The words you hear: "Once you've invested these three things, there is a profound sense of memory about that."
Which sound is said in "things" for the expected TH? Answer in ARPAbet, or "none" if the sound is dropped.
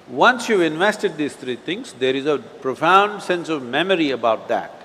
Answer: T